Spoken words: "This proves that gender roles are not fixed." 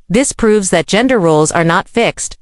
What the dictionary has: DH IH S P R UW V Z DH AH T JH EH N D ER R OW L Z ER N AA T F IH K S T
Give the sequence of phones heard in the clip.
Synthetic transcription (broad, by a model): DH IH S P R UW V Z DH AH T JH EH N D ER R OW L Z ER N AA T F IH K S T